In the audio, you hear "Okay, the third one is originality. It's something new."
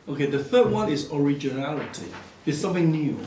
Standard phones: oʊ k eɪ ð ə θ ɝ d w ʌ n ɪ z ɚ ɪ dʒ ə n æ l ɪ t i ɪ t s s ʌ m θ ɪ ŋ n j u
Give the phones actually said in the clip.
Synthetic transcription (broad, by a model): oʊ k eɪ ð ə θ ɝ d w ʌ n ɪ z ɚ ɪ dʒ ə n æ l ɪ t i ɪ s s ʌ m θ ɪ ŋ n j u